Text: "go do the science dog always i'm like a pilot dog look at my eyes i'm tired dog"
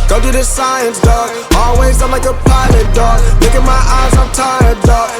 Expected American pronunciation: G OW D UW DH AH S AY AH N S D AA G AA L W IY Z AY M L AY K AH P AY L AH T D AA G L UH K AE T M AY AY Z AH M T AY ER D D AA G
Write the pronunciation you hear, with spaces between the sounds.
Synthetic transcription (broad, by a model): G OW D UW DH AH S AY AH N S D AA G AA L W IY Z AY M L AY K AH P AY L AH T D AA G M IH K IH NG M AY AY Z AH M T AY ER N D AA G